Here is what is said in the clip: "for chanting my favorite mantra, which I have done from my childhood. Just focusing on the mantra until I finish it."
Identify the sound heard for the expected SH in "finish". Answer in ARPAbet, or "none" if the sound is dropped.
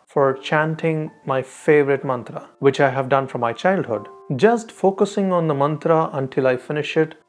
SH